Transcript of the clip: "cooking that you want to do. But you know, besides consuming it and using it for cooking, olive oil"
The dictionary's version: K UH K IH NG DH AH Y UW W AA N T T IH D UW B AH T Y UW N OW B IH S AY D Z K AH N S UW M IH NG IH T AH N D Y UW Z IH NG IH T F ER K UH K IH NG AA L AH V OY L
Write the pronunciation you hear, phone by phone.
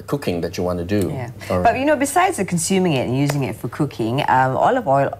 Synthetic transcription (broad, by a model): K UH K IH NG DH AH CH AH W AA N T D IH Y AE B AH T Y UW N OW B IH S AY D Z K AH N S UW M IH NG IH T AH N Y UW Z IH NG IH T F ER K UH K IH NG AA L AH V OY L